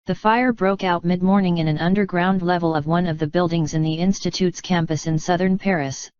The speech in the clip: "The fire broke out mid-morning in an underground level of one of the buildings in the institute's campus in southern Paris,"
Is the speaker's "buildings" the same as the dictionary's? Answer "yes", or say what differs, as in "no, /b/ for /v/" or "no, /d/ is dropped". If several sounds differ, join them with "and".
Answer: yes